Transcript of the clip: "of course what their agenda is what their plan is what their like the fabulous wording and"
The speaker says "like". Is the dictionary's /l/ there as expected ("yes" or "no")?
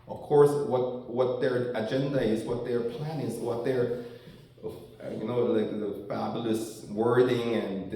no